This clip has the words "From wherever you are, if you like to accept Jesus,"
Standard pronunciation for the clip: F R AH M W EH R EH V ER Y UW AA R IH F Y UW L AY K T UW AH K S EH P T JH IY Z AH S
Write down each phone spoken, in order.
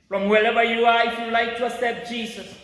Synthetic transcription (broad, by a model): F R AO M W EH L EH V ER Y UW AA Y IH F Y UW L AY K T UW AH S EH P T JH IY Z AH S